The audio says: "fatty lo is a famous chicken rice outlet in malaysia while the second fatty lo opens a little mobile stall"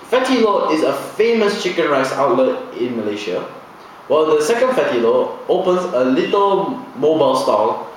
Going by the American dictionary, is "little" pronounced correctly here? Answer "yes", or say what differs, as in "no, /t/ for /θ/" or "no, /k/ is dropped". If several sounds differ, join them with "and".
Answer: yes